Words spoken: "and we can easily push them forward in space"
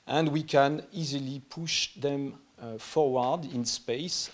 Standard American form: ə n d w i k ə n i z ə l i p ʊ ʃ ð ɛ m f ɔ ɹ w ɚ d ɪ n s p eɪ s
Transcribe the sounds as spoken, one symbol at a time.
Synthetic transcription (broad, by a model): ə n d w i k ə n i z ə l i p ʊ ʃ ð ɛ m f ɔ ɹ w ɚ d ɪ n s p eɪ s